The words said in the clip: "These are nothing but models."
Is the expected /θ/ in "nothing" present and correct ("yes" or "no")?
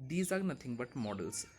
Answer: no